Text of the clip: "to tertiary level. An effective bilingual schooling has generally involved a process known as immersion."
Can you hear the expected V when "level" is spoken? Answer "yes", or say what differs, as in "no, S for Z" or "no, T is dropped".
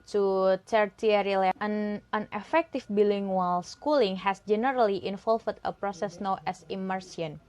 no, V is dropped